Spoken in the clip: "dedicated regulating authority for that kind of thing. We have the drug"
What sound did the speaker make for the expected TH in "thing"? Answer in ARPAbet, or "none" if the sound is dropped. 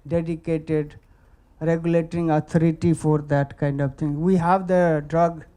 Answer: T